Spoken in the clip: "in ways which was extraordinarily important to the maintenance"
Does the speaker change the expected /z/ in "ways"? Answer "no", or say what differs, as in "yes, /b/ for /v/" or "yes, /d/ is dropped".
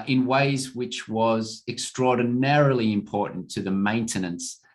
no